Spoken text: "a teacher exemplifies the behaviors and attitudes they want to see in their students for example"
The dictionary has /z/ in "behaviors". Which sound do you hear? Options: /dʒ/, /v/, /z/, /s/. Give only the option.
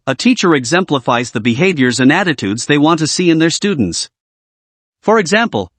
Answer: /z/